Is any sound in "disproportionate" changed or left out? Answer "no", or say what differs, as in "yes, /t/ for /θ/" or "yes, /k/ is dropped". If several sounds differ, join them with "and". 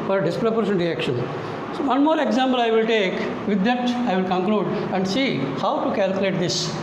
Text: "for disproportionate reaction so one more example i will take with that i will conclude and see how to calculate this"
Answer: yes, /ʃ/ is dropped